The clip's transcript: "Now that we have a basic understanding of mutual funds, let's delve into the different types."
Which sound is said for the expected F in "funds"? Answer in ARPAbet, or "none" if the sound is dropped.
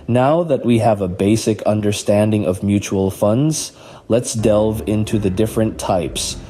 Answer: F